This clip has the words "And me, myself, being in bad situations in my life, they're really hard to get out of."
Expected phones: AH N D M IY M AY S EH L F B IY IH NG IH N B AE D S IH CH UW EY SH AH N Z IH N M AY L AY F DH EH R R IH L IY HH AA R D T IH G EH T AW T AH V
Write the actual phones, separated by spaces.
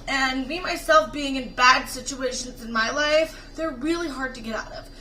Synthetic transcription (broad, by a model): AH N M IY M AY S EH L F B IY IH NG IH N B AE D S IH CH UW EY SH AH N Z IH N M AY L AY F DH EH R R IH L IY HH AA R D T IH G EH T AW T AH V